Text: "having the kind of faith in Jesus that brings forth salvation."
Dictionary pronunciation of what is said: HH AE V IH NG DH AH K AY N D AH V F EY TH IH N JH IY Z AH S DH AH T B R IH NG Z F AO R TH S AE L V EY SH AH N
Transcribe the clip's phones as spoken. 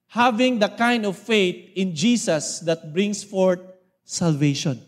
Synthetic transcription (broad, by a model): HH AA V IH NG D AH K AY N D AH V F EY T IH N JH IY S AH S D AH T B R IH NG S F AO R T S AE L V EY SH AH N